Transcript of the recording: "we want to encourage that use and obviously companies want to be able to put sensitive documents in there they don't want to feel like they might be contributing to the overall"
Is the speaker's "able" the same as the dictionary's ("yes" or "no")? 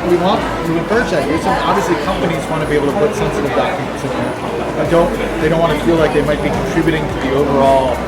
no